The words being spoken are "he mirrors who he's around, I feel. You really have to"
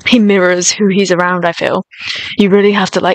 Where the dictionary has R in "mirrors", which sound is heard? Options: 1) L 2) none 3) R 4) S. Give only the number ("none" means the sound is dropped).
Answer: 3